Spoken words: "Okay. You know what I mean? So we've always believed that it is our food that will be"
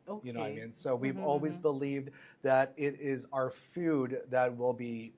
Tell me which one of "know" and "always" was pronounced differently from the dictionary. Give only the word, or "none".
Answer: none